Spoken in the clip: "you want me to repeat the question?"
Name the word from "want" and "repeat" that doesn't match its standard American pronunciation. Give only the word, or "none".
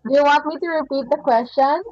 none